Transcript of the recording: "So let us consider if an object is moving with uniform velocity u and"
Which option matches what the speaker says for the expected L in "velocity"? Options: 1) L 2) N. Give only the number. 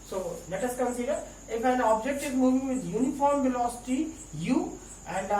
1